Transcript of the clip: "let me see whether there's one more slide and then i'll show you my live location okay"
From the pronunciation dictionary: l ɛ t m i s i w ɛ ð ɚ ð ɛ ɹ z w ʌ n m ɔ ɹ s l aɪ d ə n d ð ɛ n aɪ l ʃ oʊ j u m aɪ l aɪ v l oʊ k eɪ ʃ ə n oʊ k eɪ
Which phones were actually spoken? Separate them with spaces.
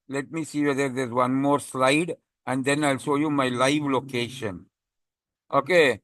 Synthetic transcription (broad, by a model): l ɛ t m i s i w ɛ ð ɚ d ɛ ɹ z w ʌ n m ɔ ɹ s l aɪ d ə n d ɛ n aɪ l s oʊ j u m aɪ l aɪ v l oʊ k eɪ ʃ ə n oʊ k eɪ